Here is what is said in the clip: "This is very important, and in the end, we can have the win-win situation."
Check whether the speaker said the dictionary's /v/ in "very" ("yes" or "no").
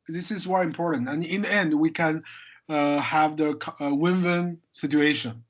no